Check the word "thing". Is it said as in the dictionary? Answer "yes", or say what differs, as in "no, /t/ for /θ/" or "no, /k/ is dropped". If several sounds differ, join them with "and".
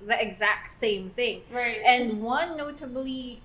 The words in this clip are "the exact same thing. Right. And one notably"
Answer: yes